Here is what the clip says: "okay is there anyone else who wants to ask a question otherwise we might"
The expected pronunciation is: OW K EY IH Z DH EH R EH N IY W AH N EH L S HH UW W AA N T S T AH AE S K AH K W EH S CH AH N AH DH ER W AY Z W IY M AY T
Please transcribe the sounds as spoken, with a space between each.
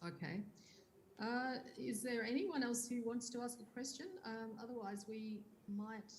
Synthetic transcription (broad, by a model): OW K EY IH Z DH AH R EH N IY W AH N EH L S HH UW W AA N T S T AH AE S K AH K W EH S CH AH N AH DH ER W AY Z W IY M AY T